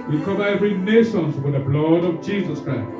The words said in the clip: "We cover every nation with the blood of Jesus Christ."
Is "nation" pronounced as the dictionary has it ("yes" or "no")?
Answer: no